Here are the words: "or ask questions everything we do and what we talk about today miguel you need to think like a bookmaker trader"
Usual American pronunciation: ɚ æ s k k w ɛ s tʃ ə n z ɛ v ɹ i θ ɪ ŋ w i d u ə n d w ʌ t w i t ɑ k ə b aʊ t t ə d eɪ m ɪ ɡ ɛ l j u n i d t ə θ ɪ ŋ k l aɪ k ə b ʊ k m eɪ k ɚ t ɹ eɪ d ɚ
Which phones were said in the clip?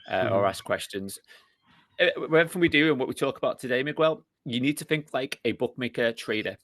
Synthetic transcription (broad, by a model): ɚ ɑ s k k w ɛ s tʃ ə n z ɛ w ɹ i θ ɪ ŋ w i d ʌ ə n w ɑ t w i t ɑ k ə b aʊ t t ə d eɪ m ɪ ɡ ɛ l j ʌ n i d t ə θ ɪ ŋ k l aɪ k ə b ʊ k m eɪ k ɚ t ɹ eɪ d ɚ